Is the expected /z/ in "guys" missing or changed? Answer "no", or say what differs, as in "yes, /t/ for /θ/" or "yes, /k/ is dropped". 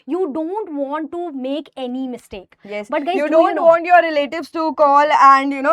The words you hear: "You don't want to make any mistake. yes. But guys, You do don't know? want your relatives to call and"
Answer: yes, /z/ is dropped